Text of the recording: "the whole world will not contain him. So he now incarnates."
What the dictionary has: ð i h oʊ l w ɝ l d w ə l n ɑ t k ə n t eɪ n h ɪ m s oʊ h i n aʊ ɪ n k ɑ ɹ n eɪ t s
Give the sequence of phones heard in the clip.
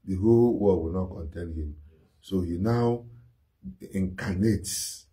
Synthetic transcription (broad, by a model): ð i h oʊ l w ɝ d w ə l n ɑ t k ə n t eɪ n h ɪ m s oʊ h i n aʊ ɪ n k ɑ n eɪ t s